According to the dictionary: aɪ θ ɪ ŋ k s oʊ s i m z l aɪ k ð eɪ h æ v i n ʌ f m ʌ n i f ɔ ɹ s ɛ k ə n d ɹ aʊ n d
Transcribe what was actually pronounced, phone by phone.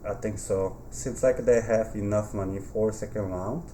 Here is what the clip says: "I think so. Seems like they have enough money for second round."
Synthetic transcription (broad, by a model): aɪ t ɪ ŋ k s oʊ s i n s l aɪ k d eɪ h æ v i n ʌ f m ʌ n i f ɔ ɹ s ɛ k ə n d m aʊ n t